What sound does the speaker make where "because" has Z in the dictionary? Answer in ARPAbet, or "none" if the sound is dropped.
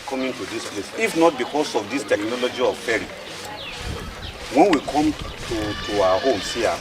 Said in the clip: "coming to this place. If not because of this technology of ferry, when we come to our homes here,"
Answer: S